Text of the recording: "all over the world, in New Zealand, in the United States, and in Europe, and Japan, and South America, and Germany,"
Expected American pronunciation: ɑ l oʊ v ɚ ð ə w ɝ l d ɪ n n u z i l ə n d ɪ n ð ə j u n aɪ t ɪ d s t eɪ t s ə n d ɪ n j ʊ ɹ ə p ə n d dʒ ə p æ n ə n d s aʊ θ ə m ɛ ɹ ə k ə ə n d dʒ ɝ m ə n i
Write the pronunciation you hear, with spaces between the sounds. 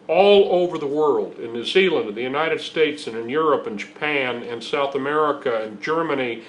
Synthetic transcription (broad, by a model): ɑ l oʊ v ɚ ð ə w ɝ l d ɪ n n u z i l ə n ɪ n ð ə j u n aɪ t ɪ d s t eɪ t s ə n ɪ n j ʊ ɹ ə p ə n dʒ ə p æ n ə n s aʊ θ ə m ɛ ɹ ə k ə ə n dʒ ɝ m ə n i